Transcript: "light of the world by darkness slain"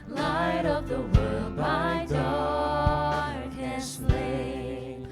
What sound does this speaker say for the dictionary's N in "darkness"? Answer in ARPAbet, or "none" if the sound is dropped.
none